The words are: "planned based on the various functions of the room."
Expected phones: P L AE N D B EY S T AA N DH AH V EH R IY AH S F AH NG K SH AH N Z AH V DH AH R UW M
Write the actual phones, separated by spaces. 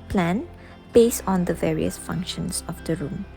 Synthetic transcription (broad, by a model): P L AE N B EY S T AA N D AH V EH R IY AH S F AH NG K SH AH N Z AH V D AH R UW M